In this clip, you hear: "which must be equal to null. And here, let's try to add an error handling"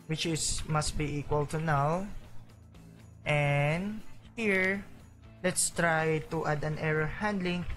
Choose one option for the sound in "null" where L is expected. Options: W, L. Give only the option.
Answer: W